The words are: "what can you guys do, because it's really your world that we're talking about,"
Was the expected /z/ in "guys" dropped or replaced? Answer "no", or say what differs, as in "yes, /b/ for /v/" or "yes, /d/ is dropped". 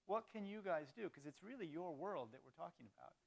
no